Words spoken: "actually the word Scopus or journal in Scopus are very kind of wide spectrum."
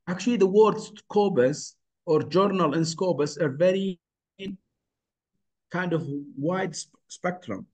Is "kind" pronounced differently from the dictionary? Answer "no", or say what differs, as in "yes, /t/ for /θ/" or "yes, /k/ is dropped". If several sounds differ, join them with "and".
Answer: no